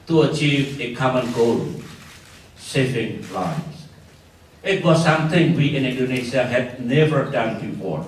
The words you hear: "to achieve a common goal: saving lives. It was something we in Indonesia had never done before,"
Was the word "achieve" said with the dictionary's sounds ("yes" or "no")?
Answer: yes